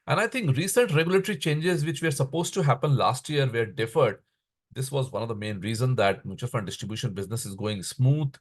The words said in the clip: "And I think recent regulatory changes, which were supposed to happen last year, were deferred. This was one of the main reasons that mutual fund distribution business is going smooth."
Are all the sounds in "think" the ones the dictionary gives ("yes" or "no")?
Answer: no